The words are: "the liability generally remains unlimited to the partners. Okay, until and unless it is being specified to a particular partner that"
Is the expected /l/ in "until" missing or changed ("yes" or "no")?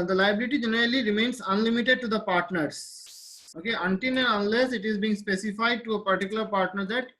yes